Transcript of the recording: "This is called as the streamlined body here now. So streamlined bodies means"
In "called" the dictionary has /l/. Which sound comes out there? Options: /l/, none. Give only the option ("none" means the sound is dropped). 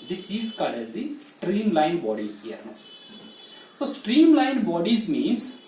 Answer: none